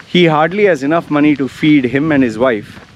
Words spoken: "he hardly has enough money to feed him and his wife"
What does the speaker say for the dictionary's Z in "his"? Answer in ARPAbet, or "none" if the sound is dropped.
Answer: Z